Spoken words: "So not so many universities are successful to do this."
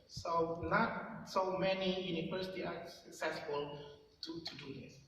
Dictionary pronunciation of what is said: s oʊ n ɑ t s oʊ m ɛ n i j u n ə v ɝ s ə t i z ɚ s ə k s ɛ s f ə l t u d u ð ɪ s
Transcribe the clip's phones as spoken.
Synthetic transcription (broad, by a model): s oʊ n ɑ t s oʊ m ɛ n i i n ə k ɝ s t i ɑ s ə k s ɛ s f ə l t u d u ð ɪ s